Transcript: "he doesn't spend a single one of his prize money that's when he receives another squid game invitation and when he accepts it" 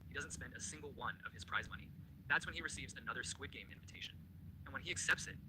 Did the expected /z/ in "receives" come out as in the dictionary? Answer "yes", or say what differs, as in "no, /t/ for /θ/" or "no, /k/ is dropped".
yes